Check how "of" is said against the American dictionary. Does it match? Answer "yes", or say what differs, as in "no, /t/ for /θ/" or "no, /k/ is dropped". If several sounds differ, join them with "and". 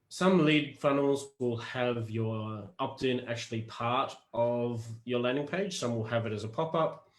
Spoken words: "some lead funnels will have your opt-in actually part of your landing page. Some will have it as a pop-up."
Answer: yes